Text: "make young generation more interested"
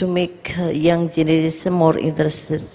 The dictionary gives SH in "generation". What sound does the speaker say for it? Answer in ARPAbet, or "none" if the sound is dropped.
S